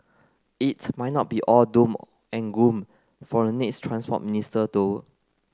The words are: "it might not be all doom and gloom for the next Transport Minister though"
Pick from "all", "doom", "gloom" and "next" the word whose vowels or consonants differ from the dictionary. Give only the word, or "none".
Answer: gloom